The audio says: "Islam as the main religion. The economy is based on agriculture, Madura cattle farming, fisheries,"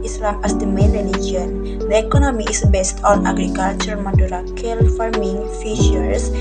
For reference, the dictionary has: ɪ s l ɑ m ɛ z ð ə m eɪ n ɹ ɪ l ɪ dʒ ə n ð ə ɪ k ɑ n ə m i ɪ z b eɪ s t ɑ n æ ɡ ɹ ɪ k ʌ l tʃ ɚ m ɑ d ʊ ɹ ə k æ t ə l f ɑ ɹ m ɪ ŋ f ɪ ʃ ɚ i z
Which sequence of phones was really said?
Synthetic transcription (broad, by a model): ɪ s l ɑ m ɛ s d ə m eɪ n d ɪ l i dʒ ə n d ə ɪ k ɑ n ə m i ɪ s b eɪ s t ɑ n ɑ ɡ ɹ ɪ k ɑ l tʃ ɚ m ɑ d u ɹ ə k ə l f ɑ ɹ m ɪ ŋ f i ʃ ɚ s